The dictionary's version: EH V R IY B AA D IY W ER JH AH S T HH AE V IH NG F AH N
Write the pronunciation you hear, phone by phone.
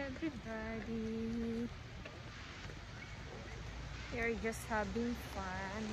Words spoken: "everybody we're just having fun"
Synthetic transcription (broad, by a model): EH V R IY B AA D IY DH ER JH AH S T HH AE B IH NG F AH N